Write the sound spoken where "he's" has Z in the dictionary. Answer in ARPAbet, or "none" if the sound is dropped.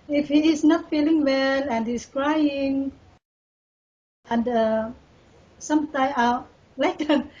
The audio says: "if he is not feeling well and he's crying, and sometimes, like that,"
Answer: S